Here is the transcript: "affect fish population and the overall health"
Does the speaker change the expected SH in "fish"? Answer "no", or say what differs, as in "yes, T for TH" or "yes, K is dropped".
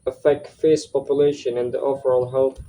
yes, S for SH